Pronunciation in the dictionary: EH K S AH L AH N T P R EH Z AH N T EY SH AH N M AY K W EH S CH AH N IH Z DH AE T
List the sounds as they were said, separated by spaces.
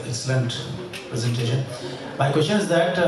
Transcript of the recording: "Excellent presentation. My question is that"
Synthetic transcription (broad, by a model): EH K S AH L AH N T P R EH Z AH N T EY SH AH N M AY K W EH S CH AH N IH Z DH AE T